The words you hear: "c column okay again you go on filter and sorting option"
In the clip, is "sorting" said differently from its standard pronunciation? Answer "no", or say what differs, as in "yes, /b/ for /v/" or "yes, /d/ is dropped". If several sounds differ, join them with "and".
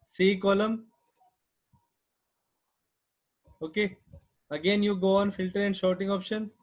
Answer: yes, /ʃ/ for /s/